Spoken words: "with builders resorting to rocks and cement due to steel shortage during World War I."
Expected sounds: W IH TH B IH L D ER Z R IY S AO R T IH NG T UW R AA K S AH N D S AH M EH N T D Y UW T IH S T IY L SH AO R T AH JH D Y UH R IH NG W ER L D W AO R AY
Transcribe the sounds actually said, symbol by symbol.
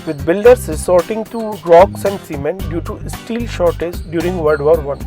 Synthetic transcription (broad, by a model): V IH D B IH L D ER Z R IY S AO R T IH NG T UW R AA K S AH N D S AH M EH N D Y UW T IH S T IY L SH AO R T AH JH D Y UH R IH NG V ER D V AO R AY